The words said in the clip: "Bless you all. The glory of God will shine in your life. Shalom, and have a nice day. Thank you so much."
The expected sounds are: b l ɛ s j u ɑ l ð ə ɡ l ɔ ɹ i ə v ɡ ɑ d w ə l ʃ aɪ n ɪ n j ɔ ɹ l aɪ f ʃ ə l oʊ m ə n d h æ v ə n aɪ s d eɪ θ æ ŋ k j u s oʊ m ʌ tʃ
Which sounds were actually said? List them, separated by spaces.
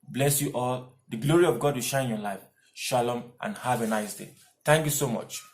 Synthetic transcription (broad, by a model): b l ɛ s j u ɑ l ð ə ɡ l ɔ ɹ i ə v ɡ ɑ d w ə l ʃ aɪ ɪ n j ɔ l aɪ f ʃ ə l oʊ m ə n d h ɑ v ə n aɪ s d eɪ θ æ ŋ k j u s oʊ m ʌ tʃ